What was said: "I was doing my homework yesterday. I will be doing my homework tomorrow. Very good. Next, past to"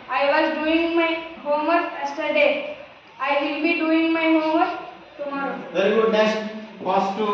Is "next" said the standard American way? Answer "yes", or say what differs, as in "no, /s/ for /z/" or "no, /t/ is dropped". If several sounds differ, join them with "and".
no, /k/ is dropped